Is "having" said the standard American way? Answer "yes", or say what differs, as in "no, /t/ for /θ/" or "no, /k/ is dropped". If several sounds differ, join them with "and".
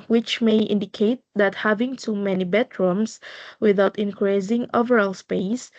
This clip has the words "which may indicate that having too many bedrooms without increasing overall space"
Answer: yes